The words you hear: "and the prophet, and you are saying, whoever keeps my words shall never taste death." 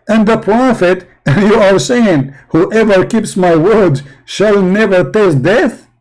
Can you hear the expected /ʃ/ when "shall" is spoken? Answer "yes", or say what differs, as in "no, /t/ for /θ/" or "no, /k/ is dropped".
yes